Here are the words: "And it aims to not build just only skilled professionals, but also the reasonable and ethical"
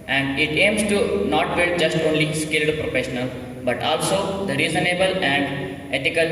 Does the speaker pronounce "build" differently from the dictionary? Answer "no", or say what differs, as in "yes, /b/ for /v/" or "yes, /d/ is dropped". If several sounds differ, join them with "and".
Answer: yes, /l/ is dropped